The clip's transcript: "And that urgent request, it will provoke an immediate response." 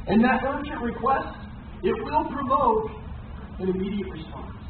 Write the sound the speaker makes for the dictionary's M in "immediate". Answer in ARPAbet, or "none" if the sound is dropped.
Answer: M